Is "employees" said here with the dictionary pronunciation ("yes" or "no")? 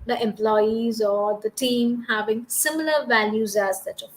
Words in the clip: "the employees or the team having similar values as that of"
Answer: yes